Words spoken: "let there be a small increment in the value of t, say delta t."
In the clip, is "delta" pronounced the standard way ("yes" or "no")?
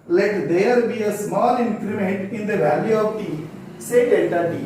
no